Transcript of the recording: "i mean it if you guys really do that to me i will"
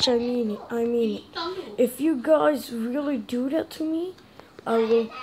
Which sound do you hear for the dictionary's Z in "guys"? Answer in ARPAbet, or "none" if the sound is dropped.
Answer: Z